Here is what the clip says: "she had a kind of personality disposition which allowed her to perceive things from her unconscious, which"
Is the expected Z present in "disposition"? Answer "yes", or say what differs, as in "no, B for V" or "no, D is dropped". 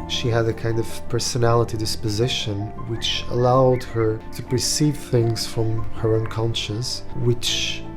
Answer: yes